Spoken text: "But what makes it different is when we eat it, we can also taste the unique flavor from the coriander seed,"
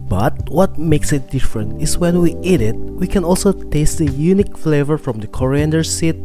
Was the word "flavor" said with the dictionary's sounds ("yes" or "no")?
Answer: yes